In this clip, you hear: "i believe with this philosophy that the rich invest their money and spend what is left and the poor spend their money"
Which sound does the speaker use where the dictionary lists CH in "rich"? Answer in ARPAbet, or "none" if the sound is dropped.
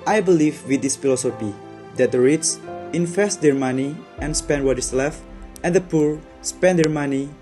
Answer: S